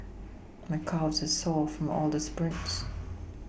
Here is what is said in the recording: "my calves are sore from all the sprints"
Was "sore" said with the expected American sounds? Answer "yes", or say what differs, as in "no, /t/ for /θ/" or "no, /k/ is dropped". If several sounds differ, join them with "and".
no, /l/ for /ɹ/